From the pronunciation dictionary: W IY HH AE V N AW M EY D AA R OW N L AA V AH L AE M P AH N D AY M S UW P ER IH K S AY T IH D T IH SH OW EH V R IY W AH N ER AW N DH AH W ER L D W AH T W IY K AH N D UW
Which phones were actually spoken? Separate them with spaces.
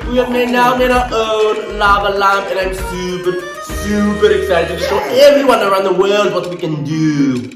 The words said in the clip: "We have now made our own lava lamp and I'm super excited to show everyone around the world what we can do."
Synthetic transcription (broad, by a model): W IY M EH N AW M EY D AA OW N L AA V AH L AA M AH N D AY M S UW P ER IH K S AY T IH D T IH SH OW EH V R IY W AH N ER AW N DH AH W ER L D W AH T W IY K AH N D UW